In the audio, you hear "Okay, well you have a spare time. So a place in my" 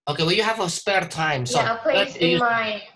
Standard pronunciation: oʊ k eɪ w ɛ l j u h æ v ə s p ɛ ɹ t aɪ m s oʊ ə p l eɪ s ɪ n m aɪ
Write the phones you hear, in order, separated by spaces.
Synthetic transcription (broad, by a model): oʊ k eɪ w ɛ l j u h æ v ə s p ɛ ɹ t aɪ m s oʊ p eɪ ɪ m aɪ